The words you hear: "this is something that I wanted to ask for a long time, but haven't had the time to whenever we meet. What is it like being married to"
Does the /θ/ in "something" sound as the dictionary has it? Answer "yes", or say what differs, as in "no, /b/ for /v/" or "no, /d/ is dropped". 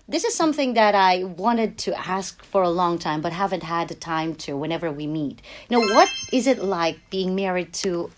yes